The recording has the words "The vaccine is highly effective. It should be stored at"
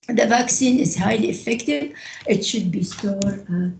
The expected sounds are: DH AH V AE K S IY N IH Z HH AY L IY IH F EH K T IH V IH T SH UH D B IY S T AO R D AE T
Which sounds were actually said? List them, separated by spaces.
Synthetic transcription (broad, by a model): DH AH V AE K S IY N IH Z HH AY L IY IH F EH K T IH V IH T SH UH D B IY S T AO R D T